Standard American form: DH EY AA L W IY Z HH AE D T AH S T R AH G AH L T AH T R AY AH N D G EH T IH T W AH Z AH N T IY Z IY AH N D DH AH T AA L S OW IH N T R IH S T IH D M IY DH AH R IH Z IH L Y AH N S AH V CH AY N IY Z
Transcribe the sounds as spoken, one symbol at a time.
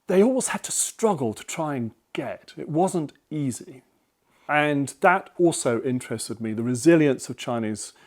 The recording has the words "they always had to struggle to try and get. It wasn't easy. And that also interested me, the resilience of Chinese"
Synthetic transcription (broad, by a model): DH EY AA L W IY Z HH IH D T AH S T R AH G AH L T AH T R AY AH N G EH T IH T W AH Z AH N T IY Z IY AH N DH AH T AA L S OW IH N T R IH S T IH D M IY DH AH R IH Z IH L Y AH N S AH V CH AY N IY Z